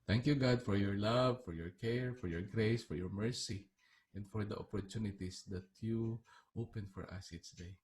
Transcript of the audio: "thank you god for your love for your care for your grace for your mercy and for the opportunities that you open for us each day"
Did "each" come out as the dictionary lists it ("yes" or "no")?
no